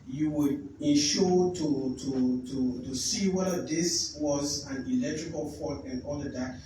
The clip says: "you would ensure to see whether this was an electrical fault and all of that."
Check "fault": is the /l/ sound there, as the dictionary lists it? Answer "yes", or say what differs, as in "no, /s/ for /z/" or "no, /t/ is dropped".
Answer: no, /l/ is dropped